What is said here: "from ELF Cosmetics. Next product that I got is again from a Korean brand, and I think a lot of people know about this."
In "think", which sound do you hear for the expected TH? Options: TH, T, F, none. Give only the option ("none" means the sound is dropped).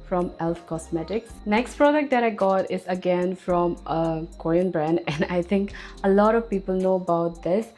T